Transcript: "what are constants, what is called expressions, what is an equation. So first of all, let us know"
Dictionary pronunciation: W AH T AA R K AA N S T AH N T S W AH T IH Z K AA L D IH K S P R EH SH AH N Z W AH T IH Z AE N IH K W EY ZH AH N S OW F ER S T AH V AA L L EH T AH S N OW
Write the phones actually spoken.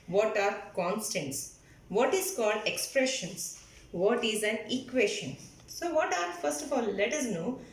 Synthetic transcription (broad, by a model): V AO T AA R K AA N S T AH N T S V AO T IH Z K AA L D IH K S P R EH SH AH N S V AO T IH Z AE N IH K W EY SH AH N S OW F ER S T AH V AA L L EH T AH S N OW